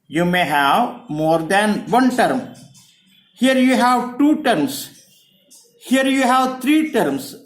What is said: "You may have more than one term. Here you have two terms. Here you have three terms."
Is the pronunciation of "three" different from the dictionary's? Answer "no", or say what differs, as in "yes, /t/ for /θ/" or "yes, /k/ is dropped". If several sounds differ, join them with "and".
yes, /t/ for /θ/